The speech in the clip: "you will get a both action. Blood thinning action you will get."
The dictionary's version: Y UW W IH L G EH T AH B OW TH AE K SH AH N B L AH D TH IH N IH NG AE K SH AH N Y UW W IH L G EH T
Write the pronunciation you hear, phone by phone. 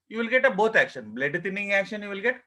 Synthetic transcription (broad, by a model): Y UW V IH L G EH T AH B OW T AE K SH AH N B L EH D T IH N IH NG AE K SH AH N Y UW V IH L G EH T